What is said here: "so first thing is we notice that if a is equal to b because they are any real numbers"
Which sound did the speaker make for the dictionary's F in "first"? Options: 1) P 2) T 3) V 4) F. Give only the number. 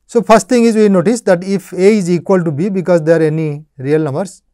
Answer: 1